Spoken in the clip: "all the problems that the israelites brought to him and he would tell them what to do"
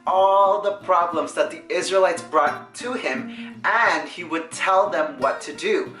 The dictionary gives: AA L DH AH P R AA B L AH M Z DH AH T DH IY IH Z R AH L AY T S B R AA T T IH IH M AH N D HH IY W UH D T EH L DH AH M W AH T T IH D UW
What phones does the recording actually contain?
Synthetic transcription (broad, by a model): AA L DH AH P R AA B L AH M Z DH AH T DH IY IH Z R AH L AY T S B R AA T T IH IH M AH N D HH IY W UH D T EH L DH AH M W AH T T IH D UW